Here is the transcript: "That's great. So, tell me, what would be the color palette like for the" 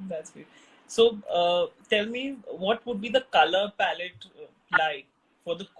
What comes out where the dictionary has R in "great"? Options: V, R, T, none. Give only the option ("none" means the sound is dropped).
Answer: none